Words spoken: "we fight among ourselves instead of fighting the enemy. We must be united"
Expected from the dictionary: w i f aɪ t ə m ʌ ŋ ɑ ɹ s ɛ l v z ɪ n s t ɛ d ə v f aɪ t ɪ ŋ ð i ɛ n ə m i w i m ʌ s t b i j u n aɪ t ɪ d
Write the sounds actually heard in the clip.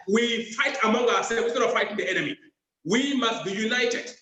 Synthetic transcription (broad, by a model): w i f aɪ t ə m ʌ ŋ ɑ s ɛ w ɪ s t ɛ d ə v f aɪ t ɪ ŋ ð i ɛ n ə m i w i m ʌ s t b i j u n aɪ t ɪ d